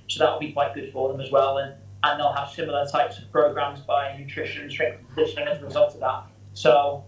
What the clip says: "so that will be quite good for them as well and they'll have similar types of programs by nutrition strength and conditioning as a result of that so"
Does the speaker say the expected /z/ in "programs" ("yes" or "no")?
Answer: yes